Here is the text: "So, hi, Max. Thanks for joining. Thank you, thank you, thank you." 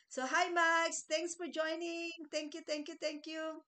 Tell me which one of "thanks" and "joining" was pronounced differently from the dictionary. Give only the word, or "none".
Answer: thanks